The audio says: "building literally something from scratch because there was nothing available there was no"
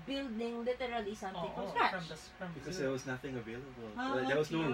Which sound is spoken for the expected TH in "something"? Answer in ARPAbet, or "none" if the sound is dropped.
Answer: T